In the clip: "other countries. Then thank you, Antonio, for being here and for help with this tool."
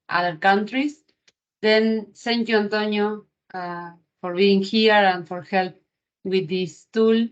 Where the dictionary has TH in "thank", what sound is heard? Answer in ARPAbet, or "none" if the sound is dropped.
S